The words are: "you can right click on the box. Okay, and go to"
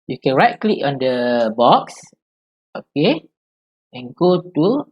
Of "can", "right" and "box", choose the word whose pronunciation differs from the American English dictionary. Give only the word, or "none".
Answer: none